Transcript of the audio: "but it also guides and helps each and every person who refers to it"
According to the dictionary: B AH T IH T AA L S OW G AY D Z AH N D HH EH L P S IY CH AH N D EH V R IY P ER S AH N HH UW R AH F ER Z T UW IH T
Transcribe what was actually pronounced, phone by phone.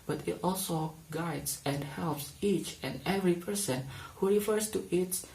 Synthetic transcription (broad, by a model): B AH T IH T AA L S OW G AY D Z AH N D HH EH L P S IY CH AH N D EH V R IY P ER S AH N HH UW R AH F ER S T UW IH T